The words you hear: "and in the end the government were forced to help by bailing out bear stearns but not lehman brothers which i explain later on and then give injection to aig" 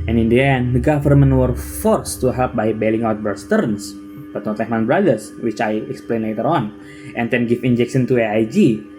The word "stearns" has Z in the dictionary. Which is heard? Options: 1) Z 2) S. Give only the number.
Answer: 2